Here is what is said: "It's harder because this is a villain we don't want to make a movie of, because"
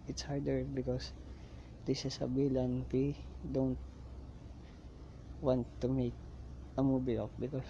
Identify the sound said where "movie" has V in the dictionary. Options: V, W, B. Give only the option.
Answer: B